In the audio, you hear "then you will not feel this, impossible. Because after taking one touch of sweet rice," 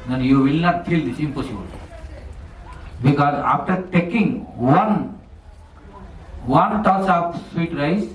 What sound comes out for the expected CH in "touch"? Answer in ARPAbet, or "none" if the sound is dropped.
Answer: S